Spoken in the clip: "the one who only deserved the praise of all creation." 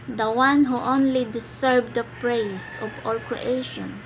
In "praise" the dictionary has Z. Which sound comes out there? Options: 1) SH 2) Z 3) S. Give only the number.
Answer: 3